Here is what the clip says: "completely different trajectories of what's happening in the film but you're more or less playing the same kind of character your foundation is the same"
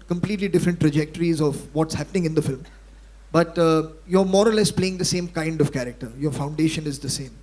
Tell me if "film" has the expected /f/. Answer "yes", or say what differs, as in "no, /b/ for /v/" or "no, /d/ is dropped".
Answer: yes